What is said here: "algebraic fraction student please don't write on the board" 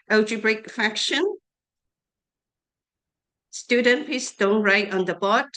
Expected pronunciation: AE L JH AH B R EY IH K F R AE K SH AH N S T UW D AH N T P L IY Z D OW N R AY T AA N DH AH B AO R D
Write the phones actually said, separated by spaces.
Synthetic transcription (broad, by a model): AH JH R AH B R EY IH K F AE K SH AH N S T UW D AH N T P IY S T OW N R AY T AA N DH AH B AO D